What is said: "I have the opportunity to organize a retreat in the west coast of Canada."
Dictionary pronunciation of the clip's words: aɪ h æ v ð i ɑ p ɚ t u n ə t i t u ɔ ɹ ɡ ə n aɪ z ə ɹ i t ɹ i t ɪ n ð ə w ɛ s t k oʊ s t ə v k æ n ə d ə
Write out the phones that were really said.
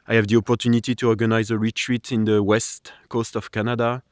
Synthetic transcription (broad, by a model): aɪ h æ v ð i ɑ p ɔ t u n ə t i t u ɔ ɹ ɡ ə n aɪ z ə ɹ i t ɹ i t ɪ n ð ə w ɛ s t k oʊ s t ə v k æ n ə d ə